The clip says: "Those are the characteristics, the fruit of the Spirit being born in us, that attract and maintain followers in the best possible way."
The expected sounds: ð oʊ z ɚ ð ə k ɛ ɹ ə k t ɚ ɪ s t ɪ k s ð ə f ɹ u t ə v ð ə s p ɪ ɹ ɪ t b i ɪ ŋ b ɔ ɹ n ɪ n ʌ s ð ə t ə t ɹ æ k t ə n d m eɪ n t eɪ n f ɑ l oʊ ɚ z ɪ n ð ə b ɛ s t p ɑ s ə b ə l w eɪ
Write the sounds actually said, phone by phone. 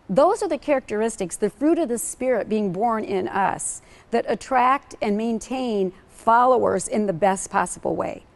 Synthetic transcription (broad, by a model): ð oʊ z ɚ ð ə k ɛ ɹ ə k t ɚ ɪ s t ɪ k s ð ə f ɹ u t ə v ð ə s p ɪ ɹ ɪ t b i ɪ ŋ b ɔ ɹ n ɪ n ʌ s ð ə t ə t ɹ æ k t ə n m eɪ n t eɪ n f ɑ l oʊ ɚ z ɪ n ð ə b ɛ s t p ɑ s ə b l w eɪ